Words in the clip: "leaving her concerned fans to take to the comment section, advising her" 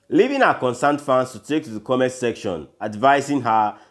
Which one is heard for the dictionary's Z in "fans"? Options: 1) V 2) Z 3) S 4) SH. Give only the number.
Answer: 3